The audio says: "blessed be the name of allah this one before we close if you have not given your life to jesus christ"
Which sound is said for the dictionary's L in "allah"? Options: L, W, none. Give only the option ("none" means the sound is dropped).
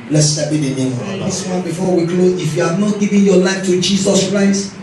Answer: none